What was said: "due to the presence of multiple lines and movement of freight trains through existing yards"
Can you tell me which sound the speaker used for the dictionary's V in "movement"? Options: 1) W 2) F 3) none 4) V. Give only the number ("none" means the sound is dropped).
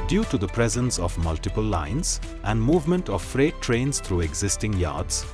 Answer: 4